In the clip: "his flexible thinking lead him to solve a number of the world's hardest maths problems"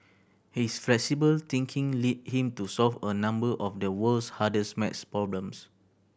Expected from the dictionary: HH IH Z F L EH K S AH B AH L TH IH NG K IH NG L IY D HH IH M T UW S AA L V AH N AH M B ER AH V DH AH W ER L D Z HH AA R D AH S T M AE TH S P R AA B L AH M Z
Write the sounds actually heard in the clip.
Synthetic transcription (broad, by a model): HH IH S F L EH K S AH B AH L T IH NG K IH NG L IY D HH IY M T UW S AA L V AH N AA M B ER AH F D AH W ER L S HH AA D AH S M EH T S P R AA B L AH M S